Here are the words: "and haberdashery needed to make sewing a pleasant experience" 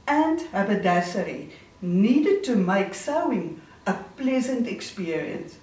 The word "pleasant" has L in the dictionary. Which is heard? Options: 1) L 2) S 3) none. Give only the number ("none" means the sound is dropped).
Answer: 1